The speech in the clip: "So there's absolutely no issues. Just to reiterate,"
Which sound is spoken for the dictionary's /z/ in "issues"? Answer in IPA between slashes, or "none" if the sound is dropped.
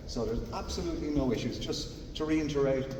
/z/